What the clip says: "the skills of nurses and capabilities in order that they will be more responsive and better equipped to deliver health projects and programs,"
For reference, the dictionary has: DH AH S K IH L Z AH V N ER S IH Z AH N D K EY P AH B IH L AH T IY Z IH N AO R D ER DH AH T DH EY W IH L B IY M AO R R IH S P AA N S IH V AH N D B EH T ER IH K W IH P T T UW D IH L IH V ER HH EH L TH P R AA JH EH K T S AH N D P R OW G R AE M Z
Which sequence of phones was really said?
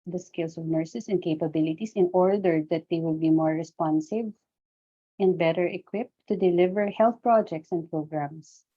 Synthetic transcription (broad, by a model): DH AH S K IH L S AH V N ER S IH S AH N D K EY P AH B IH L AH T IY S IH N AO R D ER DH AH T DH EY W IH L B IY M AO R R IH S P AA N S IH V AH N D B EH T ER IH K W IH P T T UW D IH L IH V ER HH EH L TH P R AA JH EH K T S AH N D P R OW G R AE M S